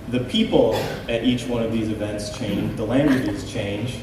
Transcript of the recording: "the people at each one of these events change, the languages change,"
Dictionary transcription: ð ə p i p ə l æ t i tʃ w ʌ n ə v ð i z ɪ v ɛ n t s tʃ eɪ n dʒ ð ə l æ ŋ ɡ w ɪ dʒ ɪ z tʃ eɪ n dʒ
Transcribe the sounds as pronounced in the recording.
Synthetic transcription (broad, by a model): ð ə p i p l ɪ t i tʃ w ʌ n ə v ð i z ɪ v ɛ n t s tʃ eɪ n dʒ ð ə l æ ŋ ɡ w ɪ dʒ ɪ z tʃ eɪ n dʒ